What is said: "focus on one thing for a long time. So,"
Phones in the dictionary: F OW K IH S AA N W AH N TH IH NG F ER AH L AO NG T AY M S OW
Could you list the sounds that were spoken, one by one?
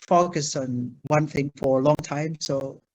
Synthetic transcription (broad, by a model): F OW K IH S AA N W AH N TH IH NG F ER AH L AO NG T AY M S OW